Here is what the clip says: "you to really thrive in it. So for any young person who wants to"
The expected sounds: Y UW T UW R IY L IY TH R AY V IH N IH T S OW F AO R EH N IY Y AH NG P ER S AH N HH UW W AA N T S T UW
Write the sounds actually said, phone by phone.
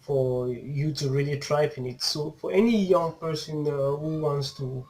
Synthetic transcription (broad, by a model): Y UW T UW R IY L IY T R AY P IH N IH T S OW F AO R EH N IY Y AH NG P ER S AH N HH UW W AA N T S T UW